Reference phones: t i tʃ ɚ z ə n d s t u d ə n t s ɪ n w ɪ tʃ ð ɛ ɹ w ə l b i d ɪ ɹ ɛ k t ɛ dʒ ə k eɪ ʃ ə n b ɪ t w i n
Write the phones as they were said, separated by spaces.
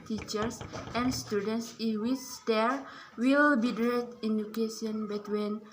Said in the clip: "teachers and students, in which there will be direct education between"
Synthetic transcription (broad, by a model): t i tʃ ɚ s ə n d s t u d ə n t s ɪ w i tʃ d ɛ ɹ w ə l b i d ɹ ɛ t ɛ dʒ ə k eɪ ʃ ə n b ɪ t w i n